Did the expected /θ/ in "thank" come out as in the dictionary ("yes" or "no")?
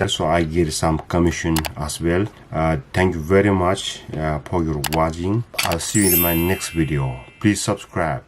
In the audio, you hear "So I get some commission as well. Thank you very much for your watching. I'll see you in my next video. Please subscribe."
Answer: no